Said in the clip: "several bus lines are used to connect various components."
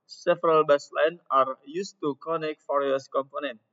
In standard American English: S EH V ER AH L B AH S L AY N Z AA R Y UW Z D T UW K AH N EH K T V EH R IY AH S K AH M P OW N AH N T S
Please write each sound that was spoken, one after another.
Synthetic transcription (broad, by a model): S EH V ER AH L B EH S L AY N AA R Y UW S T UW K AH N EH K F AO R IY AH S K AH M P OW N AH N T